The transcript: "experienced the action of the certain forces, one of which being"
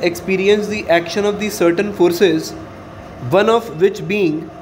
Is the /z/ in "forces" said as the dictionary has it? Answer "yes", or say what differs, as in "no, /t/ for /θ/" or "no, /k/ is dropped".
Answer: yes